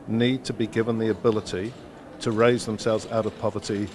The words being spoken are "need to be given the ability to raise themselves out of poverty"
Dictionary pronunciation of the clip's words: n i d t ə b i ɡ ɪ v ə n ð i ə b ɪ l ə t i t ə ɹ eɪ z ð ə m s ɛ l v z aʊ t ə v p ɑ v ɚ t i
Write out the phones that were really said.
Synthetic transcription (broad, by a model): n i d t ə b i ɡ ɪ v ə n ð i ə b ɪ l ə t i t ə ɹ eɪ z ð ə m s ɛ l v z aʊ t ə v p ɑ v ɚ t i